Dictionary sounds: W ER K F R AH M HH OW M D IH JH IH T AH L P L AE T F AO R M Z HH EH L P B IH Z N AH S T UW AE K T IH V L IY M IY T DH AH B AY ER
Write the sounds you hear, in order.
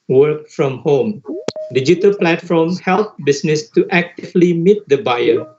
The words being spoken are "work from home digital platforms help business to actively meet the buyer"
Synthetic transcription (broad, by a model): W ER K F R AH M HH OW M D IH JH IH T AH L P L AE T F AO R M HH EH L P B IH S N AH S T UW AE K T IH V L IY M IY T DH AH B AY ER